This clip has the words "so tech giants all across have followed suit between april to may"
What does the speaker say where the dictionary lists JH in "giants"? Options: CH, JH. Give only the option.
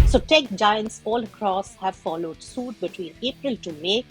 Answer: JH